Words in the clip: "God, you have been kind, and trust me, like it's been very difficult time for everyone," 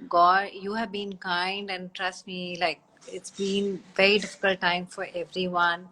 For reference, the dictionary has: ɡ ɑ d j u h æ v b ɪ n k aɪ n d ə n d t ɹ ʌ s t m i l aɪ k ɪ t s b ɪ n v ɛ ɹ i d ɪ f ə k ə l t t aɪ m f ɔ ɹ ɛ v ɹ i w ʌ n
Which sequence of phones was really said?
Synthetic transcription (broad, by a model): ɡ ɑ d j u h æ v b ɪ n k aɪ n d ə n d t ɹ ʌ s t m i l aɪ k ɪ t s b ɪ n v ɛ ɹ i d ɪ f ə k ə l t t aɪ m f ɔ ɹ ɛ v ɹ i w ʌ n